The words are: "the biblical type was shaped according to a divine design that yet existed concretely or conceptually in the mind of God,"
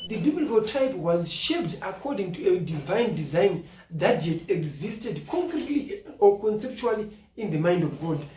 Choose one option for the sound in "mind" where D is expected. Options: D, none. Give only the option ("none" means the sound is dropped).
D